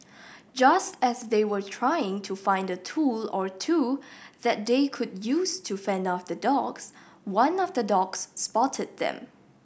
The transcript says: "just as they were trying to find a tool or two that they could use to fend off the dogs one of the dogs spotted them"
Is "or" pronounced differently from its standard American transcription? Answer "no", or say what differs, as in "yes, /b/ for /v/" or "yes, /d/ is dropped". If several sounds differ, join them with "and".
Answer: no